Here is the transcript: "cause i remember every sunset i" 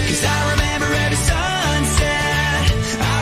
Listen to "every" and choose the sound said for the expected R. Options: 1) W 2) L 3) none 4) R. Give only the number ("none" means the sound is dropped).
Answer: 3